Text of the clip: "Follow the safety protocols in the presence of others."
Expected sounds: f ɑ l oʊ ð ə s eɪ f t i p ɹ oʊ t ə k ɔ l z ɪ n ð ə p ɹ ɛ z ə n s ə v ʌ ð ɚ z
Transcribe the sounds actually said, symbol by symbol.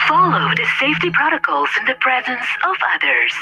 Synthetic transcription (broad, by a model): f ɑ l oʊ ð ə s eɪ f t i p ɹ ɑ t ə k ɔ l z ɪ n ð ə p ɹ ɛ z ə n s ə v ʌ ð ɚ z